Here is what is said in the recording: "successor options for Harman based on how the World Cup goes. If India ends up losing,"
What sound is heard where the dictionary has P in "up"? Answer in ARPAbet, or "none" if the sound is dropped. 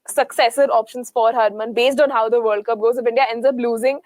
B